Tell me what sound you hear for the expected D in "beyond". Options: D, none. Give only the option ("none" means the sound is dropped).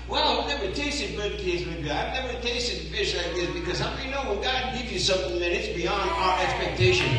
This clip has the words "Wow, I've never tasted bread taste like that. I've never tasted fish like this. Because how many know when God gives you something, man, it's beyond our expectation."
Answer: D